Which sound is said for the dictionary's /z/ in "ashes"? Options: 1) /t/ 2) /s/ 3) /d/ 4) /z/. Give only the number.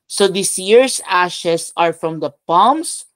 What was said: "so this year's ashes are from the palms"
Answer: 2